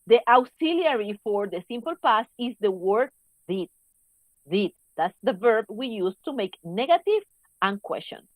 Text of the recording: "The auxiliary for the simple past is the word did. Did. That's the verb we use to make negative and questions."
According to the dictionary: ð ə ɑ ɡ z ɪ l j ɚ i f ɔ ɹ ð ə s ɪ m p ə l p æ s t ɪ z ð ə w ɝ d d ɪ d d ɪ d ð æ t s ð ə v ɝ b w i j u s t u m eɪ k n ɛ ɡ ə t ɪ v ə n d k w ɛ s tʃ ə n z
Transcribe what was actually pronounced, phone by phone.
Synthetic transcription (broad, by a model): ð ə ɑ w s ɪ l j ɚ i f ɔ ɹ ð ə s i m p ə l p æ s ɪ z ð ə w ɝ d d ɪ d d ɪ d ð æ t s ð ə v ɝ b w i j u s t u m eɪ k n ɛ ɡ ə t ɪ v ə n k w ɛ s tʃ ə n